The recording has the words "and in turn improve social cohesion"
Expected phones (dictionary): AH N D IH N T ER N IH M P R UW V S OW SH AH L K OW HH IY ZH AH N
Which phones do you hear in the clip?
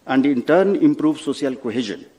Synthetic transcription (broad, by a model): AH N D IH N T ER N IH M P R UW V S OW S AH L K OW HH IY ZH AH N